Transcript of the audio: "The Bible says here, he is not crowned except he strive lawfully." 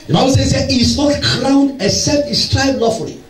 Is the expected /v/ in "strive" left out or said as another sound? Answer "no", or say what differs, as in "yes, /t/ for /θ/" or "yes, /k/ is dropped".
yes, /b/ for /v/